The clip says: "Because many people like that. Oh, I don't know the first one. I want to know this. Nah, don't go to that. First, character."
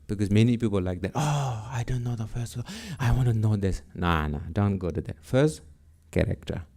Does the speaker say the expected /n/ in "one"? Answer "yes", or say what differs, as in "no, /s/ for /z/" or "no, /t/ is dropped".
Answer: no, /n/ is dropped